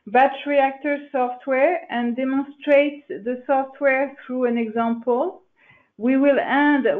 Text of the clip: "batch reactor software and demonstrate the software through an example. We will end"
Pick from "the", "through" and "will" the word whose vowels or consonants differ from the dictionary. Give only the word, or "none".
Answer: none